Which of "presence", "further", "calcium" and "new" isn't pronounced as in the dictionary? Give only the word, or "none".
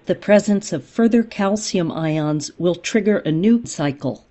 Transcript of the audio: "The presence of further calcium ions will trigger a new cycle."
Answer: none